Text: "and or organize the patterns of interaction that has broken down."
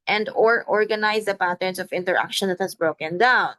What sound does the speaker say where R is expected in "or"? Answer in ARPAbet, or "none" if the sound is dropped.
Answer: R